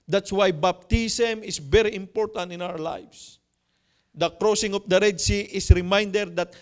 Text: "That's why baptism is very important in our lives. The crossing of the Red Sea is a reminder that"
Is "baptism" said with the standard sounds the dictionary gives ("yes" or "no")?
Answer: no